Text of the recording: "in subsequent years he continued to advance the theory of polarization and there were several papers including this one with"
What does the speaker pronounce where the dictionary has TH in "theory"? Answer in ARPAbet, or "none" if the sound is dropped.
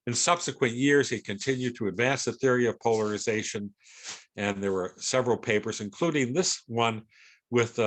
TH